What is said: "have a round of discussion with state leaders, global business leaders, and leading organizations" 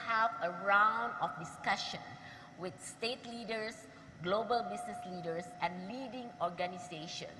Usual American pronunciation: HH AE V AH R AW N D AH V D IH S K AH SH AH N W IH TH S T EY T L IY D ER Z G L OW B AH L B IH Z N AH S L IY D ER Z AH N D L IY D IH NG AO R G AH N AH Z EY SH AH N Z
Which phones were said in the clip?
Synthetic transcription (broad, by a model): HH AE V AH R AW N D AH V D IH S K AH SH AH N W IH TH S T EY T L IY D ER S G L OW B AH L B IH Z N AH S L IY D ER S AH N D L IY D IH NG AO R G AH N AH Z EY SH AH N